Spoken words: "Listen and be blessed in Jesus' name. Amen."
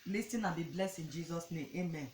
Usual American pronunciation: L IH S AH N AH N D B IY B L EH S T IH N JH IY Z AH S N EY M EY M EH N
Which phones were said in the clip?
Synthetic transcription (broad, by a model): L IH S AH N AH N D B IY B L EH S IH N JH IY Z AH S N EY M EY M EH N